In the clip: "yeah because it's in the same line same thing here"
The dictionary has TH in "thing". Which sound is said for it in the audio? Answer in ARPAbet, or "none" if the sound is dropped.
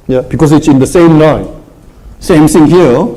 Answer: S